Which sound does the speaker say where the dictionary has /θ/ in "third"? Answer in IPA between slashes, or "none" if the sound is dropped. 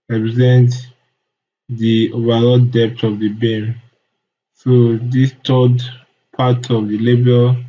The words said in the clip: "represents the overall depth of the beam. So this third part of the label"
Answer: /t/